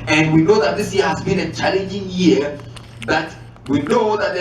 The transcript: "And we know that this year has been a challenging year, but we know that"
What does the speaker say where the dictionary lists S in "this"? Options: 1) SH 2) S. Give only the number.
2